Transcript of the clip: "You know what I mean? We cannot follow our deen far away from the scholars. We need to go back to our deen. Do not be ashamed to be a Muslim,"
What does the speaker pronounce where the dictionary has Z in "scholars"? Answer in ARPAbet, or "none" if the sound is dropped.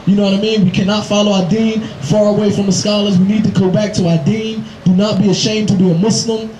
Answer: Z